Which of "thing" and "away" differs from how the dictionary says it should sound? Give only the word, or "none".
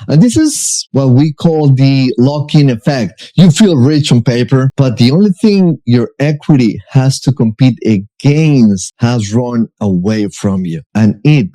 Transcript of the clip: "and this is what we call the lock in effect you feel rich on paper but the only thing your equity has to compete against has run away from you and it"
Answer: none